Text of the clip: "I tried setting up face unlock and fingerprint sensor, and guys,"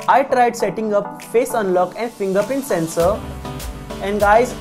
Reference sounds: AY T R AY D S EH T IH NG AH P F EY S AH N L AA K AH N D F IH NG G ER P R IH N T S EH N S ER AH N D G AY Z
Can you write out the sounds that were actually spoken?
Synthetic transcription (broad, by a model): AY T R AY D S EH T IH NG AH P F EY S AH N L AA K AH N D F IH NG G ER P IH N S EH N S ER AH N D G AY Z